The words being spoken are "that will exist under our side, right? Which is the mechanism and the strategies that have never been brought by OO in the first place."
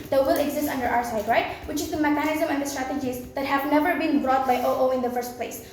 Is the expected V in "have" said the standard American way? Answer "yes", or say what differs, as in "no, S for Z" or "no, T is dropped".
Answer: yes